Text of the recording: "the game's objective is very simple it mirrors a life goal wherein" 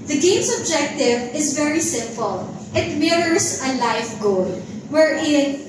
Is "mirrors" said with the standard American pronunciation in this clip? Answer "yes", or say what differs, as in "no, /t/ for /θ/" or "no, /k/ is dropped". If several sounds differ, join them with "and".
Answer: no, /s/ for /z/